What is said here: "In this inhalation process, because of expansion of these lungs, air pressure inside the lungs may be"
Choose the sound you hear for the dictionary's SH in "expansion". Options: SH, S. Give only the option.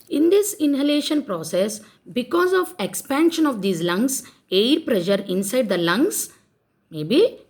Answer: SH